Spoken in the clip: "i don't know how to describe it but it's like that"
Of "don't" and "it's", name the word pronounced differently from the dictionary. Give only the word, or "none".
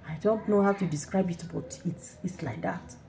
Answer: none